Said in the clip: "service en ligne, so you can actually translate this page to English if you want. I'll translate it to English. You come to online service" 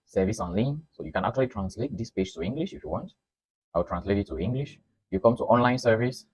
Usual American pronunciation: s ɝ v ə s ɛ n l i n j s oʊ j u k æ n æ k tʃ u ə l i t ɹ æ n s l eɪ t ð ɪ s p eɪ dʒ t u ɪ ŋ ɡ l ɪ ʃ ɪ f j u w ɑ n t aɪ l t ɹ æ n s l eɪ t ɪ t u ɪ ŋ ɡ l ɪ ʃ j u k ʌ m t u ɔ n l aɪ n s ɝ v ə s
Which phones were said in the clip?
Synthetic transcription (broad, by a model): s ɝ v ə s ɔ n l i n s oʊ j u k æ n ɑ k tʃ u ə l i t ɹ æ n s l eɪ t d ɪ s p eɪ dʒ t u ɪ ŋ ɡ l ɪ ʃ ɪ f j u w ɑ n t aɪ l t ɹ æ n s l eɪ t ɪ t u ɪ ŋ ɡ l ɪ ʃ j u k ʌ m t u ɔ n l aɪ n s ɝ v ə s